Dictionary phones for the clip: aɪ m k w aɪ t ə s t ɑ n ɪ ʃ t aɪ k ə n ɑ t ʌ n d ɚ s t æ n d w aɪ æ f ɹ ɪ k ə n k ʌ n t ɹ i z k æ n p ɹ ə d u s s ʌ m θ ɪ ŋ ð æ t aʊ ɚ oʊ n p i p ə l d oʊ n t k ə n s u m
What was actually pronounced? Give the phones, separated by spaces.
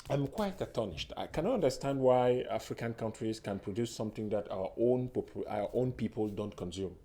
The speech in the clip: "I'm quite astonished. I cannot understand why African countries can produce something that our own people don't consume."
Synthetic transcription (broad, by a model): aɪ m k w aɪ t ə t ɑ n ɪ ʃ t aɪ k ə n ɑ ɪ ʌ n d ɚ s t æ n d w aɪ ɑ f ɹ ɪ k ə n k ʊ n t ɹ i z k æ n p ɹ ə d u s s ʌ m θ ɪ ŋ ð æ t aʊ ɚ oʊ n p i p ə l d oʊ n t k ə n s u m